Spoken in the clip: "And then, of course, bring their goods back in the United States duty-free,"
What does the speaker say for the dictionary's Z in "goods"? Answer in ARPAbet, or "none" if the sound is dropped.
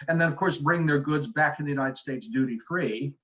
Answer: Z